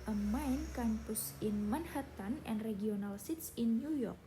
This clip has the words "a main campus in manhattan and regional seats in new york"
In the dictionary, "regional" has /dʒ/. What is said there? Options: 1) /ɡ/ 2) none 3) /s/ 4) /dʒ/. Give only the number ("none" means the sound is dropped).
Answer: 2